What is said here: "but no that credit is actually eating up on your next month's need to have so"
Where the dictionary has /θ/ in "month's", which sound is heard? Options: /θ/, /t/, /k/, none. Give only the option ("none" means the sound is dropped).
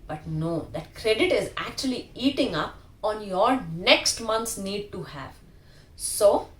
/t/